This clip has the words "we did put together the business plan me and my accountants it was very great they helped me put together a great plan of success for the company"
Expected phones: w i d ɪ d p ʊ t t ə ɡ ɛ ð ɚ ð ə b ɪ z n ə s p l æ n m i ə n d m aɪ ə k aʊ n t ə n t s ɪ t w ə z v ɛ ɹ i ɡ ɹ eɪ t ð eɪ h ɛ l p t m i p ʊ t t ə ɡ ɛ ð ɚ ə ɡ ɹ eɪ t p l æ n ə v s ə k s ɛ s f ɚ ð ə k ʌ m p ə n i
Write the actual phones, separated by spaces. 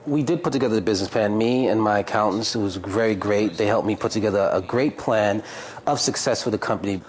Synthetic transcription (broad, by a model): w i d ɪ d p ʊ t t ə ɡ ɛ ð ɚ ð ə b ɪ z n ə s p l æ n m i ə n m aɪ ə k aʊ n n s ɪ t w ə z v ɛ ɹ i ɡ ɹ eɪ t ð eɪ h ɛ l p m i p ʊ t t ə ɡ ɛ ð ɚ ə ɡ ɹ eɪ t p l æ n ə v s ə k s ɛ s f ɚ ð ə k ʌ m p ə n i